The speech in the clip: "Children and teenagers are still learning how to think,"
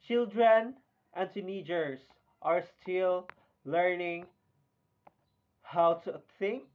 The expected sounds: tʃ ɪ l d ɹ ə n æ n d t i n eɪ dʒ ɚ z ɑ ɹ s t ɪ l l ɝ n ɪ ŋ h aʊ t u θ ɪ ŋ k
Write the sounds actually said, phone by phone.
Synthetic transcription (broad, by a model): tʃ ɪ l d ɹ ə n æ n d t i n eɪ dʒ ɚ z ɑ ɹ s t ɪ l l ɝ n ɪ ŋ h aʊ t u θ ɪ ŋ k